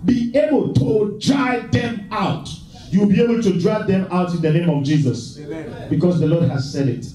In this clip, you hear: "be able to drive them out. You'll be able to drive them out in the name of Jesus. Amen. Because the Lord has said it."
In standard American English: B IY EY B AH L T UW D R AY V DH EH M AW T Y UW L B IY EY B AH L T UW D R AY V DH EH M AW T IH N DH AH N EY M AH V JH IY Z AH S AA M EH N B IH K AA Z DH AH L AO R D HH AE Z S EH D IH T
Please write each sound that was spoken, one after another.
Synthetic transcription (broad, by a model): B IY EY B AH L T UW D R AY DH EH M AW T Y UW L B IY EY B AH L T UW D R AY DH EH M AW T IH N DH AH N EY M AH V JH IY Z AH S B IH K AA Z DH AH L AO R D HH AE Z S EH D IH T